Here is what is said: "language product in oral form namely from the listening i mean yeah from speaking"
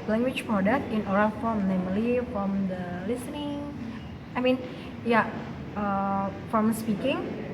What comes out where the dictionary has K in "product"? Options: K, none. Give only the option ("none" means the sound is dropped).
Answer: none